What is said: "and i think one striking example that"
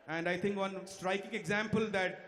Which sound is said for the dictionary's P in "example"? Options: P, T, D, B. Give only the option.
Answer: P